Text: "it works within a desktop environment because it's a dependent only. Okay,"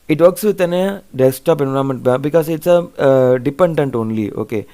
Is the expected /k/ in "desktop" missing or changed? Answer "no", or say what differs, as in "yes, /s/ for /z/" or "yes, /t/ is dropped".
yes, /k/ is dropped